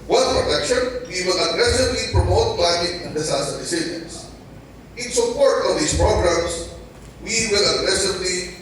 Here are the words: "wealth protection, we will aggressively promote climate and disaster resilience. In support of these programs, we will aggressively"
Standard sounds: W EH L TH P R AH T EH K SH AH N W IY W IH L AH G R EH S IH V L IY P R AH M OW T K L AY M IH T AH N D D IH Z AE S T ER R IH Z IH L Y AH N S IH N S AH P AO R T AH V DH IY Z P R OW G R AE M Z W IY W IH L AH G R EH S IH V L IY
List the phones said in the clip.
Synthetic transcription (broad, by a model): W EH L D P R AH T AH K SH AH N W IY W IH L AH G R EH S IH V L IY P R AH M OW T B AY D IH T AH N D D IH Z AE S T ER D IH S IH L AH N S IH N S AH P AO R T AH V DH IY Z P R OW G R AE M S W IY W IH L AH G R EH S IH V L IY